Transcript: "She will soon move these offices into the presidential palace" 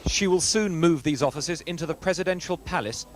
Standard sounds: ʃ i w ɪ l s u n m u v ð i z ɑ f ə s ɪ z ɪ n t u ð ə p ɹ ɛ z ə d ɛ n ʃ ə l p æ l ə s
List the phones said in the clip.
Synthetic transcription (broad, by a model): ʃ i w ɪ l s u n m u v ð i z ɑ f ə s ɪ z ɪ n t u ð ə p ɹ ɛ z ə d ɛ n ʃ ə l p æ l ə s